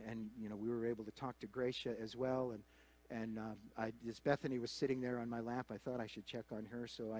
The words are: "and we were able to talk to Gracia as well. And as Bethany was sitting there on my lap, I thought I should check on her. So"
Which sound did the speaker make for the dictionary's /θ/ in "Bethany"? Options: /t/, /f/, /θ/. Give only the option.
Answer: /θ/